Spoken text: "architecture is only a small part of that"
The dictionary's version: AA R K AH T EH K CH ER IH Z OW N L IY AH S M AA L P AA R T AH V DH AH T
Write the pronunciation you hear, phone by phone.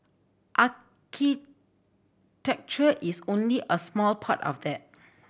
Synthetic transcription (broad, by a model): AA K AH T EH K CH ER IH S OW N L IY AH S M AA L P AA T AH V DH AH T